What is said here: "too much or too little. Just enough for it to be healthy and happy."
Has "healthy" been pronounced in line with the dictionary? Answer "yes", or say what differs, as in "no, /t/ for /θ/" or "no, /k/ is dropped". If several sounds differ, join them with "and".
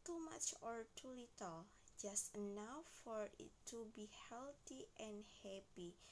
no, /t/ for /θ/